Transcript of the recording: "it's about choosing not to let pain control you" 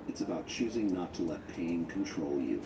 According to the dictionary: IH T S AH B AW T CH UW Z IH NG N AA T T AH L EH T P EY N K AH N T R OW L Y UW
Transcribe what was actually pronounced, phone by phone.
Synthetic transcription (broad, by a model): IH T S AH B AW T CH UW Z IH NG N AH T T AH L EH T P EY N K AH N T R OW L Y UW